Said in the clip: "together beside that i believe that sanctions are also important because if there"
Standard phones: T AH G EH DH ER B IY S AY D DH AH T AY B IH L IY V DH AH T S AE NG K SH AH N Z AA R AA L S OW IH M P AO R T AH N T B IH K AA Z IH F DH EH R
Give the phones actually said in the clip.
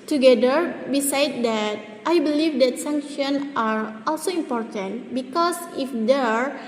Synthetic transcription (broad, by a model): T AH G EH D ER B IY S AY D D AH T AY B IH L IY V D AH T S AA NG K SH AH N AA R AA L S OW IH M P AO R T AH N T B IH K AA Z IH F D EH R